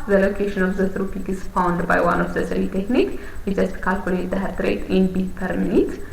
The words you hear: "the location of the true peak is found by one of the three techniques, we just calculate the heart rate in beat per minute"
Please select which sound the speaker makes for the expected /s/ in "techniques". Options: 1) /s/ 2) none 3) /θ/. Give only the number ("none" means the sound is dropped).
2